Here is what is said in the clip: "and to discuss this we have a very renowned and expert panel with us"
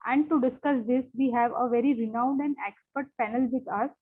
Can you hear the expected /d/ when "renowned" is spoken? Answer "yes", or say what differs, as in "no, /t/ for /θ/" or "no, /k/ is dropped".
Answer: yes